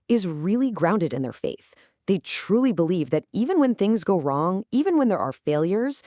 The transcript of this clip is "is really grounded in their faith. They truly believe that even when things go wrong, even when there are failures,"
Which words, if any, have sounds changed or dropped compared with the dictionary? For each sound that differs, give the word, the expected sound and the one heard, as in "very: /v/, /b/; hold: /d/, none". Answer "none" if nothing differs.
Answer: none